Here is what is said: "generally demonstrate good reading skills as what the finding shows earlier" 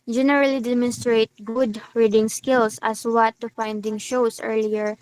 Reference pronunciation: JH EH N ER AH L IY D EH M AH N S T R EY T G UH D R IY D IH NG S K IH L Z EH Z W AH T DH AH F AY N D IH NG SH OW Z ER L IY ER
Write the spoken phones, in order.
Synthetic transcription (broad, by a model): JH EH N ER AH L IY D EH M AH N S T R EY T G UH D R IY D IH NG S K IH L S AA S W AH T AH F AY N D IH NG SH OW S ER L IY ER